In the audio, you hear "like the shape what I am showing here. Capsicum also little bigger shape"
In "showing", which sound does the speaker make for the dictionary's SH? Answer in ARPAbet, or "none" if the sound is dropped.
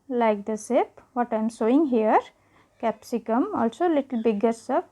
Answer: S